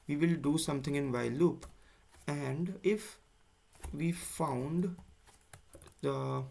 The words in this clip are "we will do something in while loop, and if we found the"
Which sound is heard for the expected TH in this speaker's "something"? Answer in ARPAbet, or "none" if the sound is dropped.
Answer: T